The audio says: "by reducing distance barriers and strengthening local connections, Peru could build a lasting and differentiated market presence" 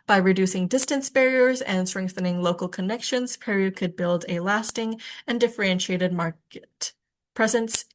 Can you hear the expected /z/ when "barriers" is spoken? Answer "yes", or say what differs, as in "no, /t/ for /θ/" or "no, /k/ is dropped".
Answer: yes